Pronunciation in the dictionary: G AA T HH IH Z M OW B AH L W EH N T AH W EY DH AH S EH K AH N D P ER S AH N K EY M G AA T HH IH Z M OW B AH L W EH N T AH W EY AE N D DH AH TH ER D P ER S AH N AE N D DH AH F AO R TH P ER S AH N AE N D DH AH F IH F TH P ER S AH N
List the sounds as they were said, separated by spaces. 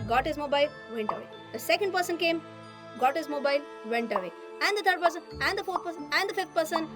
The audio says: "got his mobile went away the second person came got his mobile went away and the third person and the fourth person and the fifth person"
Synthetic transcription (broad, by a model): G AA T HH IH Z M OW B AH L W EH N T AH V EY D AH S EH K AH N D P ER S AH N K EY M G AA T HH IH Z M OW B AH L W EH N T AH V EY AE N D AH T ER D P ER S AH N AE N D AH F AO R T P ER S AH N AE N D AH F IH F T P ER S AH N